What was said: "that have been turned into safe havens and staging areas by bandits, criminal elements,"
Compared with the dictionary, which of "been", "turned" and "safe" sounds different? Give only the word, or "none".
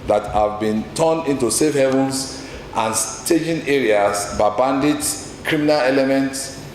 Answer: turned